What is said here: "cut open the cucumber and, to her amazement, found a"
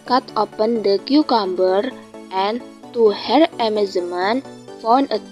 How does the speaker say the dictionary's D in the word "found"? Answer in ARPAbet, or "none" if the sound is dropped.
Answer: none